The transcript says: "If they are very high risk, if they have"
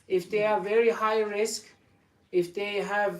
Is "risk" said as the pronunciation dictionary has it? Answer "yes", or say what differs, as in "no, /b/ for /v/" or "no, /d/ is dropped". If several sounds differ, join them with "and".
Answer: yes